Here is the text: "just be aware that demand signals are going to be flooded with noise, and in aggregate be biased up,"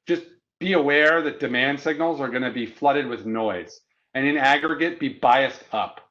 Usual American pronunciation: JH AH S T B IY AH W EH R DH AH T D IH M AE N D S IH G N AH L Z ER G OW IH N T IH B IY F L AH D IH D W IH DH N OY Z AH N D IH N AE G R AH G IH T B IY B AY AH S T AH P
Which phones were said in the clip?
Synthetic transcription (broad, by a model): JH AH S B IY AH W EH R DH AH T D IH M AE N D S IH G N L Z ER G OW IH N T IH B IY F L AH D IH D W IH DH N OY Z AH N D IH N AE G R AH G IH T B IY B AY AH S T AH P